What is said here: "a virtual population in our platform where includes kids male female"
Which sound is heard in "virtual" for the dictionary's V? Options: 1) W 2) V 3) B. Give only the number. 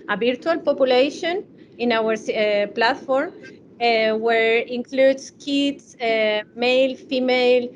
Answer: 3